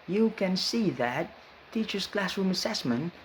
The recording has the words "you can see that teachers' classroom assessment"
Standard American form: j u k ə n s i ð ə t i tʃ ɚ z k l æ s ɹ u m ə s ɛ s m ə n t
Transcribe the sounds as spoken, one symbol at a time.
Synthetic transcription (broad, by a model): j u k ə n s i ð ə t i tʃ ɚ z k l æ s ɹ u m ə s ɛ s m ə n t